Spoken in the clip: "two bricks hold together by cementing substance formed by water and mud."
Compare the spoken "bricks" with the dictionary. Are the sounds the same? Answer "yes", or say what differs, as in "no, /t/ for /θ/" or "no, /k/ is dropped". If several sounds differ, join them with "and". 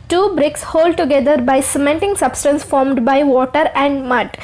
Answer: yes